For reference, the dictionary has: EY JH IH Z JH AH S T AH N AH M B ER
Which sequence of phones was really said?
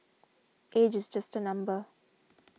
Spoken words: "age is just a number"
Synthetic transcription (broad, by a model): EY JH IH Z JH AH S T AH N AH M B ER